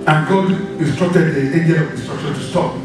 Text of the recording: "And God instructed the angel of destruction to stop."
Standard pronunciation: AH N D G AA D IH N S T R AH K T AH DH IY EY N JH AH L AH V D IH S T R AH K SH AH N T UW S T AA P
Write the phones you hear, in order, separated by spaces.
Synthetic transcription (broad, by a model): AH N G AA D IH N S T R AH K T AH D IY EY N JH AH N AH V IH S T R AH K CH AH T UW S T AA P